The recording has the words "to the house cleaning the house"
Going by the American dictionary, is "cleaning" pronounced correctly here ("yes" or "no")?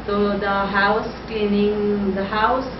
no